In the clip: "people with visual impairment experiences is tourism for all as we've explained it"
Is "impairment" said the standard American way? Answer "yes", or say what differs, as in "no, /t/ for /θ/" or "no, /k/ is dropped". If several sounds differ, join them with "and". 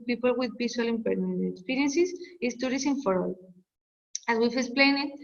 no, /n/ is dropped